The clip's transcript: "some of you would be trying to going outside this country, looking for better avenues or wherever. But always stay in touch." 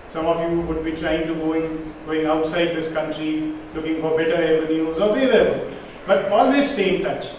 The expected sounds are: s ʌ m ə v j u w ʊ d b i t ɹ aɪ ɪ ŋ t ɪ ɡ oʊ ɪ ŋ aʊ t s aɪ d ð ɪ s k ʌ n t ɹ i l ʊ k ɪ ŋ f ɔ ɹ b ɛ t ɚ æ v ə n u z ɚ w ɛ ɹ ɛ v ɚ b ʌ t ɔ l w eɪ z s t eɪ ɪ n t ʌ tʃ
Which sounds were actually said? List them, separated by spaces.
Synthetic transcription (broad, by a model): s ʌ m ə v j u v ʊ d b i t ɹ aɪ ɪ ŋ t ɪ ɡ oʊ ɪ ŋ aʊ t s aɪ d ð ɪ s k ʌ n t ɹ i l ʊ k ɪ ŋ f ɔ ɹ b ɛ t ɚ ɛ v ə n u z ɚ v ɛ l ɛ b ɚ b ʌ t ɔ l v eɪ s s t eɪ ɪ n t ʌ tʃ